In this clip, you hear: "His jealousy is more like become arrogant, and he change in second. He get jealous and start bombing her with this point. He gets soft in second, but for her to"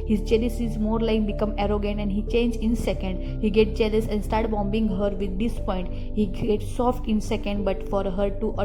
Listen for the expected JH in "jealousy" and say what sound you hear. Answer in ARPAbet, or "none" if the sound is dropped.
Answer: CH